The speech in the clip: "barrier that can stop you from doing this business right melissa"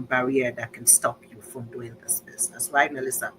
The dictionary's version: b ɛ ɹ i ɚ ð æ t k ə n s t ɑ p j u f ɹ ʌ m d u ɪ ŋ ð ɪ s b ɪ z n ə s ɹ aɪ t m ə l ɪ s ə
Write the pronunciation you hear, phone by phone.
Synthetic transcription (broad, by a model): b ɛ ɹ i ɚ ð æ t k ə n s t ɑ p j u f ɹ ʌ m d u ɪ ŋ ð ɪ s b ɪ s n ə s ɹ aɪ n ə l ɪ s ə